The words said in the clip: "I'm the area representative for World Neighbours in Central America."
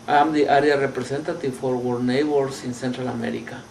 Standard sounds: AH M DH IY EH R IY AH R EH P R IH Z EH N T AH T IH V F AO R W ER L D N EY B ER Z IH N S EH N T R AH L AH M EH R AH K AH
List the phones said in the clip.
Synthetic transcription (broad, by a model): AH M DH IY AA R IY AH R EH P R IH S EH N T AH T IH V F AO R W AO D N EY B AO S IH N S EH N T R AH L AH M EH R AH K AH